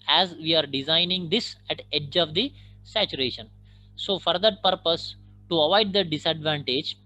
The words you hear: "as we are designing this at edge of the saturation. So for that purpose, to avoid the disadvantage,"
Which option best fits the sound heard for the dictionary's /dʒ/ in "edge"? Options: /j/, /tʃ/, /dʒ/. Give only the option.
/dʒ/